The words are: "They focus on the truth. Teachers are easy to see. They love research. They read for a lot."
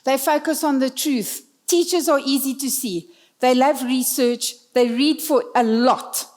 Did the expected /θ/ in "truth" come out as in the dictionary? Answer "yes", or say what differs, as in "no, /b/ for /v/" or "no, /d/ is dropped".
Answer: yes